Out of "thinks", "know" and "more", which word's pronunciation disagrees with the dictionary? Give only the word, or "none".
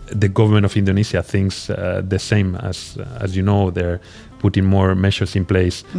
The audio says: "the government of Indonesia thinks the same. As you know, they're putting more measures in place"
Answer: none